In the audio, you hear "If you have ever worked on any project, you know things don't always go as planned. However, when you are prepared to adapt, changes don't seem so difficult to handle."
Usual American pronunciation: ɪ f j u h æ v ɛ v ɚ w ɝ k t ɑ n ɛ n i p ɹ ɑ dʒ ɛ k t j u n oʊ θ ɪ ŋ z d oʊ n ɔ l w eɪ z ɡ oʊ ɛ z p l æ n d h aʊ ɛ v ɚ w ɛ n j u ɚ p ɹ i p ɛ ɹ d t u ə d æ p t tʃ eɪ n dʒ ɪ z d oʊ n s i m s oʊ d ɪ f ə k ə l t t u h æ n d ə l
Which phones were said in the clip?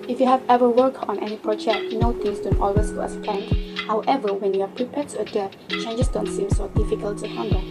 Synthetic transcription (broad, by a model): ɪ f j u h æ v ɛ v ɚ w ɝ k ɑ n ɛ n i p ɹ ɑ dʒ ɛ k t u n oʊ t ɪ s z d oʊ n ɔ l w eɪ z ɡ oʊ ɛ s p ɛ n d h aʊ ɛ v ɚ w ɛ n j u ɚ p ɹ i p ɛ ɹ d t u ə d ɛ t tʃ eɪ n dʒ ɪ s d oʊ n s i m s oʊ d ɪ f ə k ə l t t u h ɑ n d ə